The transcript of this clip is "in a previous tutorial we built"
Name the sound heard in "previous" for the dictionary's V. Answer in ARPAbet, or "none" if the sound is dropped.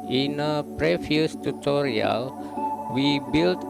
F